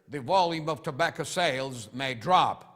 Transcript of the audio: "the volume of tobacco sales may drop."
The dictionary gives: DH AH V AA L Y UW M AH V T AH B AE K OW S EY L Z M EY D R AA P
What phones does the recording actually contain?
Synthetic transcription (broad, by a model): DH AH V AA L Y UW M AH V T AH B AE K OW S EY L Z M EY D R AA P